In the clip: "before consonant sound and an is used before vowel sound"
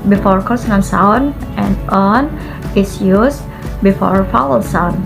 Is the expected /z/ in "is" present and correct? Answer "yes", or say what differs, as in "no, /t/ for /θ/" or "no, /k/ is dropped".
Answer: no, /s/ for /z/